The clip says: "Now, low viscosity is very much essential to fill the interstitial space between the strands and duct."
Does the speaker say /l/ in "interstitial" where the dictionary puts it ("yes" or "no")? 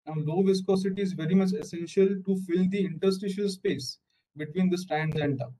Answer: yes